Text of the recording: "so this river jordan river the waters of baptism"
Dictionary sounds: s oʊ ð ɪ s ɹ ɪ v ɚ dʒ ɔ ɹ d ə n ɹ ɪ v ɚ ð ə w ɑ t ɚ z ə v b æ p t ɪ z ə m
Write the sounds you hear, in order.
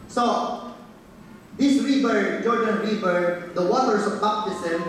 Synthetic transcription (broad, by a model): s oʊ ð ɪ s ɹ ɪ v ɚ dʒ ɔ ɹ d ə n ɹ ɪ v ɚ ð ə w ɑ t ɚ s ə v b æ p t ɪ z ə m